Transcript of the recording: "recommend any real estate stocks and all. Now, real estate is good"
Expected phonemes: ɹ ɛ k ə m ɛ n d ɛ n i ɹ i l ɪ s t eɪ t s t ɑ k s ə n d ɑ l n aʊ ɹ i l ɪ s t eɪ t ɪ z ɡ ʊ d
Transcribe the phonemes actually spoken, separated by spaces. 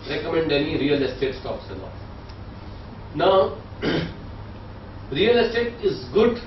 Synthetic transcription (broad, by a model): ɹ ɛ k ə m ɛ n d ɛ n i ɹ i l ɪ s t eɪ t s t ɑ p s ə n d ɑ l n aʊ ɹ i l ɪ s t eɪ t ɪ z ɡ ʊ d